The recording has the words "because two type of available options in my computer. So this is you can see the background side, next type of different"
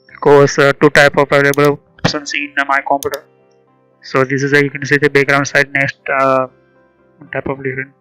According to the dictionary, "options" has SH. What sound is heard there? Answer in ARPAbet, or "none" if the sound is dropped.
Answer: S